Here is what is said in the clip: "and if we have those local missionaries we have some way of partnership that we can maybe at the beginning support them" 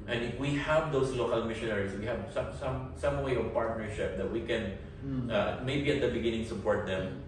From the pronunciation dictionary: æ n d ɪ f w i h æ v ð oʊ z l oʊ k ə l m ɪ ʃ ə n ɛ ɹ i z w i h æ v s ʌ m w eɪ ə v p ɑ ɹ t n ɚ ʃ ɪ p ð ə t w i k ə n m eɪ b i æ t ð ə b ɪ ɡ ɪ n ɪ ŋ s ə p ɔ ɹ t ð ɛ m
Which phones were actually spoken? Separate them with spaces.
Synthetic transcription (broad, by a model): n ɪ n w i h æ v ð oʊ s l oʊ k ə l m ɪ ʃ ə n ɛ ɹ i s w i h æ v s ʌ m w eɪ ə v p ɑ ɹ t n ɚ ʃ ɪ p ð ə t w i k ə n m eɪ b i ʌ t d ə b ɪ ɡ ɪ n ɪ ŋ s ə p ɔ ɹ t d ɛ m